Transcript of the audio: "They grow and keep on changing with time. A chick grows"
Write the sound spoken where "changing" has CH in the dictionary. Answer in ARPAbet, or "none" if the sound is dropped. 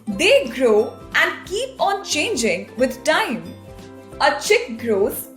CH